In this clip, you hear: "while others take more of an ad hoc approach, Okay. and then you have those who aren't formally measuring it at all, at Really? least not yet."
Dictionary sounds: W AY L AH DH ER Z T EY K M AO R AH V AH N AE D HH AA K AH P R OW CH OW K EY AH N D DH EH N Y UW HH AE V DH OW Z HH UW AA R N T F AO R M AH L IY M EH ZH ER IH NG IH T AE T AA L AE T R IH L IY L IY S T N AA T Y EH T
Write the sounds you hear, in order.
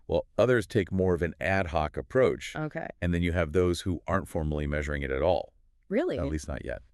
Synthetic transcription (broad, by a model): W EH L AH DH ER Z T EY K M AO R AH V AH N AE D HH AA K AH P R OW CH OW K EY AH N DH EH N Y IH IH V DH OW Z HH UW AA R N T F AO R M L IY M EH ZH ER IH NG IH T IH T AA L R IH L IY L IY S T N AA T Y EH T